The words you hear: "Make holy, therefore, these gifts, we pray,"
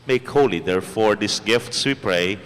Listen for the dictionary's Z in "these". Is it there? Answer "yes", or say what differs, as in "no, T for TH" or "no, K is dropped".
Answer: no, S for Z